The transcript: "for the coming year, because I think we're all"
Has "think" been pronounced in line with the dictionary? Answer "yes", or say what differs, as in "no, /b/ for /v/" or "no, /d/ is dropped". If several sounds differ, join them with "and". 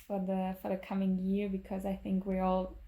yes